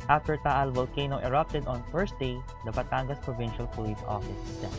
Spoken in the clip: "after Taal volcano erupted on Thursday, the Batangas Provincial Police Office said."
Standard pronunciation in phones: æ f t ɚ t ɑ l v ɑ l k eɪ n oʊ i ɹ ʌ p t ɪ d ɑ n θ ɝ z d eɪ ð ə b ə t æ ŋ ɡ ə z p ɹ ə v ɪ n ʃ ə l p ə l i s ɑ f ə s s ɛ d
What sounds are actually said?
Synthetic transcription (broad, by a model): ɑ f t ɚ t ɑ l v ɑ l k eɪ n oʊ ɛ ɹ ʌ p t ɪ d ɑ n f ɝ s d eɪ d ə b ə t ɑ ŋ ɡ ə s p ɹ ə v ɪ n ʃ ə l p ə l i s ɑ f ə s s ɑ